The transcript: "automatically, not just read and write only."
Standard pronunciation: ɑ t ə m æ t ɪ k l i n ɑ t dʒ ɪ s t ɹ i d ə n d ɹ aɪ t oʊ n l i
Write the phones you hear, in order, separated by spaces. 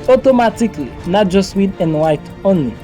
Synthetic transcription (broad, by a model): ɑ t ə m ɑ t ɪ k l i n ɑ t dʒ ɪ s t w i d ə n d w aɪ t oʊ n l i